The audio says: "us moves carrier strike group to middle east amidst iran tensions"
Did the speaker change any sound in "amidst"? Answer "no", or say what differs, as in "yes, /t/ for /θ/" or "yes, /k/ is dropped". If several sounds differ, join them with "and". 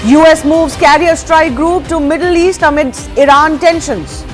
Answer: yes, /t/ is dropped